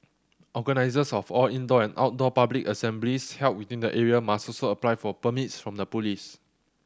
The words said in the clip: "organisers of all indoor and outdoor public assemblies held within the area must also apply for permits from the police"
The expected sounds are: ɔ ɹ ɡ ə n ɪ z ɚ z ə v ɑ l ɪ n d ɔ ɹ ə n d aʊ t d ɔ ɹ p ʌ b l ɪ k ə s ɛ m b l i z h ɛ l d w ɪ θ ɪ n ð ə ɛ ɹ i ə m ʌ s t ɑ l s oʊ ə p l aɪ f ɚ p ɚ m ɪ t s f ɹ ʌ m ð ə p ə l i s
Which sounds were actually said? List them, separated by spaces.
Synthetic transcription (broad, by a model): ɔ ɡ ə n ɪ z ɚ s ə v ɑ l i n d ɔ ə n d aʊ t d ɔ p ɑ b l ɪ k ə s ɛ m b l i s h ɛ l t w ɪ t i n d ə ɛ ɹ i ə m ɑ s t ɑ s oʊ ə p l aɪ f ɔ p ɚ m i t s f ɹ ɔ m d ə p ə l i s